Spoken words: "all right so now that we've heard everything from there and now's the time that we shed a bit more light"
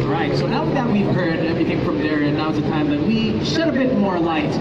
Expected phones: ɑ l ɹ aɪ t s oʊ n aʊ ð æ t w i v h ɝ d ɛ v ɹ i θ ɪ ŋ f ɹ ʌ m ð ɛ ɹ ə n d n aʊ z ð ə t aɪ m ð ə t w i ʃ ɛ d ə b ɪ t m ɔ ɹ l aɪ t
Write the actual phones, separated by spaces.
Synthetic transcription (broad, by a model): ɹ aɪ t s oʊ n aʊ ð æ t w i v h ɝ d ɛ v ɹ i θ ɪ ŋ f ɹ ʌ m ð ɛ ɹ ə n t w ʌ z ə t aɪ m ð ə t w i ʃ ɛ d ə b ɪ t m ɔ ɹ l aɪ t